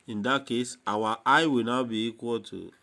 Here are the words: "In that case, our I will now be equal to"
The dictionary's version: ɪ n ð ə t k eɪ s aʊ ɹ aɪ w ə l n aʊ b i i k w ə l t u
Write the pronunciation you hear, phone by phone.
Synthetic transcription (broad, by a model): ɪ n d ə t k eɪ s aʊ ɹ aɪ w ə l n aʊ b i i k w ə l t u